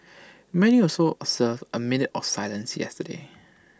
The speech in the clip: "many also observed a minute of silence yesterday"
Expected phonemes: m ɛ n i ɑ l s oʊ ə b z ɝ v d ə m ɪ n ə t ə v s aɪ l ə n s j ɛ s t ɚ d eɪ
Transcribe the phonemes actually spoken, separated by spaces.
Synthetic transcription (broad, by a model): m ɛ n i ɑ s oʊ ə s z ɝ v ə m ɪ n ə t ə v s aɪ l ə n s j ɛ s t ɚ d eɪ